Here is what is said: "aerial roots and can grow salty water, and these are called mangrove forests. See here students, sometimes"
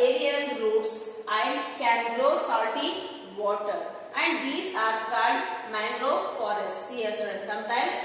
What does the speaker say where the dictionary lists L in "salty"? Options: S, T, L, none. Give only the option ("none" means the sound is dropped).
none